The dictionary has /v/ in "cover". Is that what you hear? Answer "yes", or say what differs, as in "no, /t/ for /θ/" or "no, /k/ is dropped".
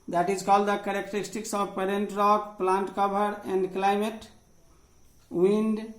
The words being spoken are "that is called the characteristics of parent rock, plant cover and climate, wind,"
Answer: no, /b/ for /v/